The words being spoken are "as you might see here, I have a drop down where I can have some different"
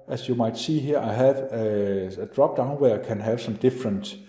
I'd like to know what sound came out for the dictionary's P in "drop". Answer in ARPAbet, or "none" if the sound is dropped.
B